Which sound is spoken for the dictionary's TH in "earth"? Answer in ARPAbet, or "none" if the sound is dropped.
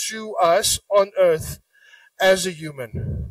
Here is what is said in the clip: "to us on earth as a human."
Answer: TH